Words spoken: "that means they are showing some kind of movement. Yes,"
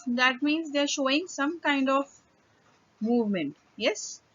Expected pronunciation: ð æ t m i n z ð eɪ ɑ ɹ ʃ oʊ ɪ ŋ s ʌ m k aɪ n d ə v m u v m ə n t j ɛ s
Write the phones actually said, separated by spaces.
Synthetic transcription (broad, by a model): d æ t m i n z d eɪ ɹ ʃ oʊ ɪ ŋ s ʌ m k aɪ n d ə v m u v m ə n t j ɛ s